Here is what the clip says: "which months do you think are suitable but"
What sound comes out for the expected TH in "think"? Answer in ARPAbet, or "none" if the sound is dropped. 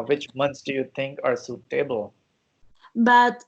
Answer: T